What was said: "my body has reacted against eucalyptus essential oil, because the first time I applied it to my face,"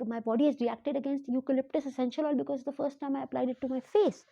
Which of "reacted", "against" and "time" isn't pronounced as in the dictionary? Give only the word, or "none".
none